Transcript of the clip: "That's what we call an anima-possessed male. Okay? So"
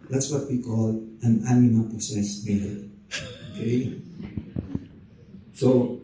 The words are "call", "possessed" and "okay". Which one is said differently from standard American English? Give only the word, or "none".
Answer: possessed